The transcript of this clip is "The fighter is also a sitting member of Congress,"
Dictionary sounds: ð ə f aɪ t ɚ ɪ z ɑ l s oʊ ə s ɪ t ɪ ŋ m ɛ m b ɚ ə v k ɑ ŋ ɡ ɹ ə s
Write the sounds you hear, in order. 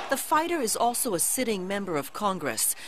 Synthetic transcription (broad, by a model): ð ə f aɪ t ɚ ɪ z ɑ l s oʊ ə s ɪ t ɪ ŋ m ɛ m b ɚ ə v k ɑ ŋ ɡ ɹ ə s